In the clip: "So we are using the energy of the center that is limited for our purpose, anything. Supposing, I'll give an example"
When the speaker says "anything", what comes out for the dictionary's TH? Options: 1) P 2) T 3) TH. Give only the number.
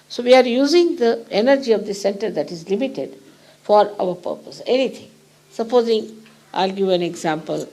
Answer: 2